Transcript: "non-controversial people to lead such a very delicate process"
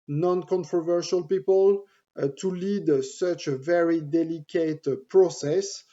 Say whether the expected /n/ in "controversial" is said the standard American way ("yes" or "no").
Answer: yes